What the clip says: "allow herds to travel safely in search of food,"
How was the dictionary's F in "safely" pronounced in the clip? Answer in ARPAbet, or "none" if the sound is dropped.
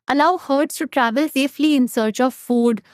F